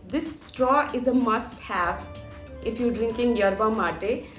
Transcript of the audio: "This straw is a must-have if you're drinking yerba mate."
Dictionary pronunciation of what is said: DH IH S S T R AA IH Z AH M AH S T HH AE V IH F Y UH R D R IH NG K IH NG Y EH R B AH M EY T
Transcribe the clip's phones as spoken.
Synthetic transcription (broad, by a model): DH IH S S T R AA IH Z AH M AH S T HH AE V IH F Y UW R D R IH NG K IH NG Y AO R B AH M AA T